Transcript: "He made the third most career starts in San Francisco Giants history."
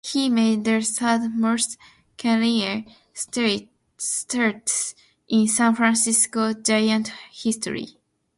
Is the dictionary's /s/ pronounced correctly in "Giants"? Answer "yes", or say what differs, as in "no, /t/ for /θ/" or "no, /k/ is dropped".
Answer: no, /s/ is dropped